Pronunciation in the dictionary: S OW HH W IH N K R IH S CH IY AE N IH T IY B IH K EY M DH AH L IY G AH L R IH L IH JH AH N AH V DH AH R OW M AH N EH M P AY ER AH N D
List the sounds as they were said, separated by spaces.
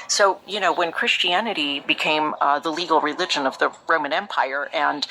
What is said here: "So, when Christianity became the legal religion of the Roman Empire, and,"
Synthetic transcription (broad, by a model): S OW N W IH N K R IH S CH IY AE N IH T IY B IH K EY M DH AH L IY G L R IH L IH JH AH N AH V DH AH R OW M AH N EH M P AY ER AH N